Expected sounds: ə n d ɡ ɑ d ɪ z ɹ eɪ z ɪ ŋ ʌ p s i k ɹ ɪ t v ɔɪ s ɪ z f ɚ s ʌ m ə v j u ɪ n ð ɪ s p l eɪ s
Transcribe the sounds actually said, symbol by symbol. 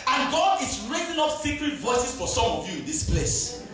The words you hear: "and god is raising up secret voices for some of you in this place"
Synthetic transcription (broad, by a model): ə n ɡ ɑ d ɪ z ɹ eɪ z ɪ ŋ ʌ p s i k ɹ ɪ t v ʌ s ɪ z f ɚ s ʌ m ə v j u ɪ n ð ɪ s p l eɪ s